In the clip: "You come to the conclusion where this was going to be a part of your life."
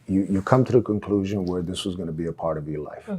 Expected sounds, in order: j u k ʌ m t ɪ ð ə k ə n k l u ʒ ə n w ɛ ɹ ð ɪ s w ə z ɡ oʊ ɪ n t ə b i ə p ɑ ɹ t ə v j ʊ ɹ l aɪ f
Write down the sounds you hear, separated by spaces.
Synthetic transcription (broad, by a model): j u k ʌ m t ɪ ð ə k ə n k l u ʒ ə n w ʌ ɹ ð ɪ s w ə z ɡ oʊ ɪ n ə b i ə p ɑ ɹ t ə v j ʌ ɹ l aɪ f